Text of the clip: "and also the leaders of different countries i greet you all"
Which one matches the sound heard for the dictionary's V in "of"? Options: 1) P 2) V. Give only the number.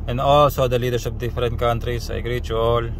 1